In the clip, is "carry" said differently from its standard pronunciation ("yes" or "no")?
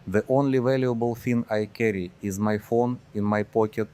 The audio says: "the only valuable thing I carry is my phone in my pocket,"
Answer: no